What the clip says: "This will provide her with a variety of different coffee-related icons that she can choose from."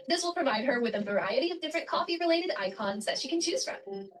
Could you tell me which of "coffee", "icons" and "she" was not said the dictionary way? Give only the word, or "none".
none